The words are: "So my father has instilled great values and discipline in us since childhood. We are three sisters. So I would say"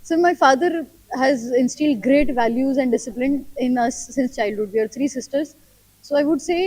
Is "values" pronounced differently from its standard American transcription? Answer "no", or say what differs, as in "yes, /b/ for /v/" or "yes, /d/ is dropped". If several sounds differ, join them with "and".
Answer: no